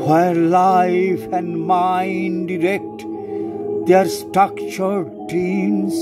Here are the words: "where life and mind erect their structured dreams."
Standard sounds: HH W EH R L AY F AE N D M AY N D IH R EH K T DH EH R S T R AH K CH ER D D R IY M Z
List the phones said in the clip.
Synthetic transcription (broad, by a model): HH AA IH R L AY F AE N D M AY N D IH R EH K T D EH R S T R AH K CH ER D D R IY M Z